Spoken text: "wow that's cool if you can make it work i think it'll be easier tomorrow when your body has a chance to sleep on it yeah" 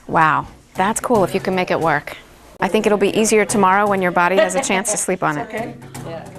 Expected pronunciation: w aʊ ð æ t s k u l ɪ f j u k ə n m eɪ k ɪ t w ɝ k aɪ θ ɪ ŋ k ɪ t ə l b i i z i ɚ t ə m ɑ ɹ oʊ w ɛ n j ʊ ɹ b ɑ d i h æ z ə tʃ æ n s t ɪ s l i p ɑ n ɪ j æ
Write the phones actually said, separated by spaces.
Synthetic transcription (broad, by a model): w aʊ ð æ t s k u l ɪ f j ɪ k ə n m eɪ k ɪ t w ɝ k aɪ θ ɪ ŋ k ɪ t l b i i z i ɚ t ə m ɑ ɹ oʊ w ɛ n j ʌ ɹ b ɑ d i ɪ z ə tʃ æ n s t ɪ s l i p n ɪ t